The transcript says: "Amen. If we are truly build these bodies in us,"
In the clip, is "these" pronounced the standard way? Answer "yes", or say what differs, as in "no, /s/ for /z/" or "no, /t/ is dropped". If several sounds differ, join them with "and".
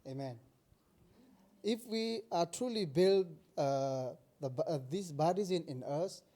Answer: no, /s/ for /z/